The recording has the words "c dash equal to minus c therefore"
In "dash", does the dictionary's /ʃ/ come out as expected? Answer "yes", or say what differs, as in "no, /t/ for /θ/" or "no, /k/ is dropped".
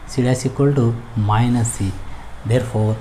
no, /s/ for /ʃ/